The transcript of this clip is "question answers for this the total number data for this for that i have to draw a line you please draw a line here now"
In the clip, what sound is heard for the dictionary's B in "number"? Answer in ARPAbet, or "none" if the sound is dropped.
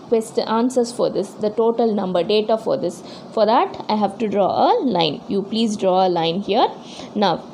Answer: B